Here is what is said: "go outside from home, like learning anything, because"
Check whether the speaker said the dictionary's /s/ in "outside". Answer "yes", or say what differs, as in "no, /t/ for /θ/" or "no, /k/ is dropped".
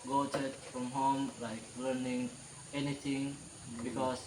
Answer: no, /s/ is dropped